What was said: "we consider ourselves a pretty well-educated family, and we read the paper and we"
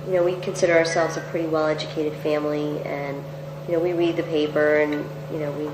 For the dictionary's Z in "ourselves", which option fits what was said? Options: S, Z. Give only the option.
Z